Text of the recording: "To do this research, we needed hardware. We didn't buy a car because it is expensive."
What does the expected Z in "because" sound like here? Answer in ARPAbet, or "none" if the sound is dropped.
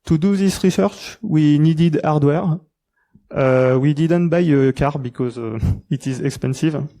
Z